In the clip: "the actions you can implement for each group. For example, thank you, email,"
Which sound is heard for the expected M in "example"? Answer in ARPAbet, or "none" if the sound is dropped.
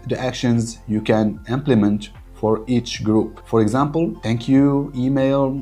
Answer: M